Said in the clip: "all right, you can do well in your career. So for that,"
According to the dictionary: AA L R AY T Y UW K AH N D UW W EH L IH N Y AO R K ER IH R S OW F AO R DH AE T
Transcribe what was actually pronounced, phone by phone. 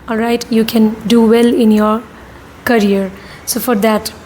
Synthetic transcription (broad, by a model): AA L R AY T Y UW K AH N D UW W EH L IH N Y AO R K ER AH R S OW F AO R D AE T